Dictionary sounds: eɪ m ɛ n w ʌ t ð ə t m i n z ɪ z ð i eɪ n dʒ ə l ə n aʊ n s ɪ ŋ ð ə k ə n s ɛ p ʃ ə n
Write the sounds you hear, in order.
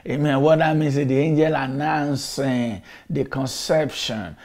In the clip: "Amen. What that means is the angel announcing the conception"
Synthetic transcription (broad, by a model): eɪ m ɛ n w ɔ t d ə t m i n s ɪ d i eɪ n dʒ ə l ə n aʊ n s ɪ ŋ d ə k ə n s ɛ p ʃ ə n